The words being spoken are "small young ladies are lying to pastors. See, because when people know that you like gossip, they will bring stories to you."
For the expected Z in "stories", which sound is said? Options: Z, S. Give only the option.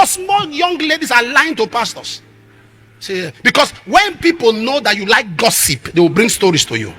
S